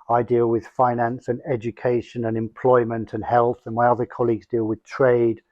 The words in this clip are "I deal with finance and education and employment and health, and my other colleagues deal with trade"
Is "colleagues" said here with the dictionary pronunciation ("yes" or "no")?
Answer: yes